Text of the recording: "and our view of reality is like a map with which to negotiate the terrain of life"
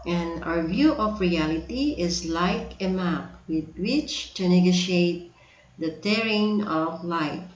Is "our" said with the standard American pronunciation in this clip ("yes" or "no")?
yes